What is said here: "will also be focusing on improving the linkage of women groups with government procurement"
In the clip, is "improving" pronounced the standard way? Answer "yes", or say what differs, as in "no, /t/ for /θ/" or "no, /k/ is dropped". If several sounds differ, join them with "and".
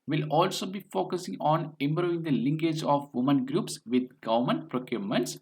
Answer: no, /b/ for /p/ and /v/ is dropped